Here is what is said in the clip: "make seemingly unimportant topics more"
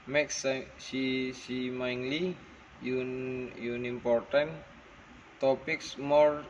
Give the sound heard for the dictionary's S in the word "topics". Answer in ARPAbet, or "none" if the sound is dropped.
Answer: S